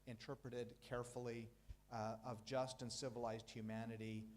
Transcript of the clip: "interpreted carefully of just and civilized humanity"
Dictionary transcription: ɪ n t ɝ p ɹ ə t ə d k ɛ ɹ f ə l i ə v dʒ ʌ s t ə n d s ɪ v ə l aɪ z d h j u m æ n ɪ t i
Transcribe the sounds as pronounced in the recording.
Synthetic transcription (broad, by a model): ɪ n t ɝ p ɹ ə t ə d k ɛ ɹ f l i ə v dʒ ʌ s t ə n s ɪ v ə l aɪ z d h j u m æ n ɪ t i